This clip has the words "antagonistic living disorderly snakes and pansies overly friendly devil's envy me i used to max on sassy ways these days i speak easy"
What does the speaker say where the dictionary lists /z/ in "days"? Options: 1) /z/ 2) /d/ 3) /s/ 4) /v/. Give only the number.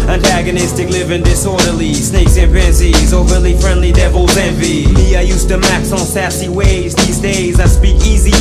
1